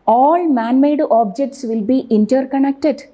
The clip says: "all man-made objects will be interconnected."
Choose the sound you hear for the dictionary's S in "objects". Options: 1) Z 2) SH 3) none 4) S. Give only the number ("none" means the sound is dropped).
4